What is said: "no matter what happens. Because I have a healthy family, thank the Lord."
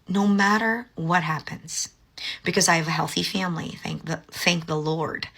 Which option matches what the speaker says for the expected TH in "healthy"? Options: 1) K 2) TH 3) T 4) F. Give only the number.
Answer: 2